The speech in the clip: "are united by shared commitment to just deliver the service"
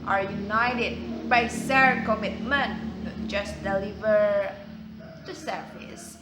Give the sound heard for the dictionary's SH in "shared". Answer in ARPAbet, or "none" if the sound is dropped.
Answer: S